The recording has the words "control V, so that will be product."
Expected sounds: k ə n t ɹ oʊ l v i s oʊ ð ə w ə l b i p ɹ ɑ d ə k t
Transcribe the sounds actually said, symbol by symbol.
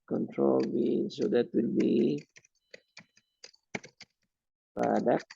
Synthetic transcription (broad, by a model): k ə n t ɹ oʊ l b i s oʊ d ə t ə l b i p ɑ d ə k